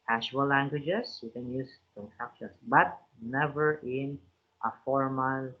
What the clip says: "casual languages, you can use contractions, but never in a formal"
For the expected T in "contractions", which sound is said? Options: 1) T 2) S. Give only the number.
2